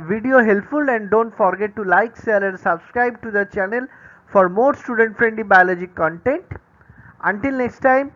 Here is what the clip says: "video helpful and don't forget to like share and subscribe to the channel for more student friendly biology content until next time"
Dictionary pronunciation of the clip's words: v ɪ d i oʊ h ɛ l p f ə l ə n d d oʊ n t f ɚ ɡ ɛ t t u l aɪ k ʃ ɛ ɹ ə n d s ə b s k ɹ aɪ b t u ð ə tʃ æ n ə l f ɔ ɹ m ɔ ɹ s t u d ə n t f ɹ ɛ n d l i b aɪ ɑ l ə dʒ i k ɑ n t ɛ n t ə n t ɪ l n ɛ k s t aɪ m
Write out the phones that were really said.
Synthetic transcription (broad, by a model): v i d i oʊ h ɛ l p f ə l ə n d d oʊ n t f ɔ ɡ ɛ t t u l aɪ k s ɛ l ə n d s ə b s k ɹ aɪ b t u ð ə tʃ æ n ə l f ɔ ɹ m ɔ ɹ s t u d ə n t f ɹ ɛ n d l i b aɪ ɑ l ə dʒ i k ɑ n t ɛ n t ə n t ɪ l n ɛ k s t aɪ m